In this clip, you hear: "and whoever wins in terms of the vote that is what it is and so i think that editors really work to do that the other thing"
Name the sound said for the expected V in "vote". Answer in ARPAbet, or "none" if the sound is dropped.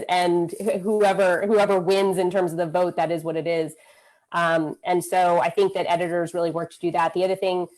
V